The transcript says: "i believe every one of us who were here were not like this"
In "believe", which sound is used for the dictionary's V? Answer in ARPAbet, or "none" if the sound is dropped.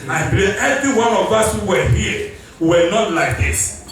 none